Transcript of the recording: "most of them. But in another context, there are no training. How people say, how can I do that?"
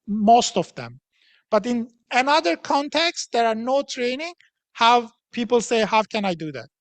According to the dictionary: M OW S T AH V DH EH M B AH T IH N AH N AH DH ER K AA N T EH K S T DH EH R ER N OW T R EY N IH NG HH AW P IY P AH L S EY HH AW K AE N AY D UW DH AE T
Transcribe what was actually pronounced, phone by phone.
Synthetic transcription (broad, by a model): M OW S T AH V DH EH M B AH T IH N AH N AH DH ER K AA N T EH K S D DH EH R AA N OW T R EY N IH NG HH AW P IY P AH L S EY HH AW K AE N AY D UW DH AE T